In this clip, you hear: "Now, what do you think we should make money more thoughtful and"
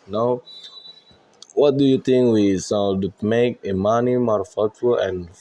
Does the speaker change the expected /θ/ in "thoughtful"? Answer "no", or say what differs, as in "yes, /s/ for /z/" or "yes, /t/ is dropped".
yes, /f/ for /θ/